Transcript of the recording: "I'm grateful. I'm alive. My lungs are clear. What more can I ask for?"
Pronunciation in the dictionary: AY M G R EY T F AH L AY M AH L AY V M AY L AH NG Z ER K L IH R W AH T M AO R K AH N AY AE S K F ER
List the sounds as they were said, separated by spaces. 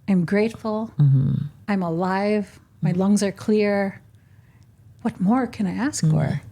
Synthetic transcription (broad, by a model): AY M G R EY T F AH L AY M AH L AY V M AY L AH NG Z ER K L IH R W AH T M AO R K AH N AY AE S K F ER